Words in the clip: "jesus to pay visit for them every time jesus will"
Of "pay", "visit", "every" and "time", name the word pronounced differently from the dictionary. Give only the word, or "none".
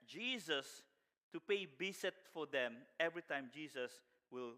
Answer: visit